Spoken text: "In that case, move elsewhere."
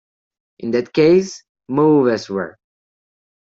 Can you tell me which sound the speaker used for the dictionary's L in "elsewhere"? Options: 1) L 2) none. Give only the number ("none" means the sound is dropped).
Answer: 2